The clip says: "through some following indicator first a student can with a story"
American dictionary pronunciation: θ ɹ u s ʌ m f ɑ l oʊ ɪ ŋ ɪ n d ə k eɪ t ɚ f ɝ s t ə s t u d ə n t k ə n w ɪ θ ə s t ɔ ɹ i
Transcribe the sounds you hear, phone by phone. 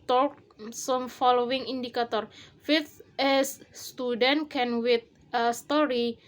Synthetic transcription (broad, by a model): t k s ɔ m f ɑ l oʊ ɪ ŋ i n d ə k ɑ t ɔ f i t ə s t u d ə n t k ə n w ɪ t ə s t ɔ ɹ i